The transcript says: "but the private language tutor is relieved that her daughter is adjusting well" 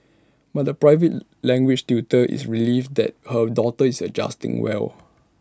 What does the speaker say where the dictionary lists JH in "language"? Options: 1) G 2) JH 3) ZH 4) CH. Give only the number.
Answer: 4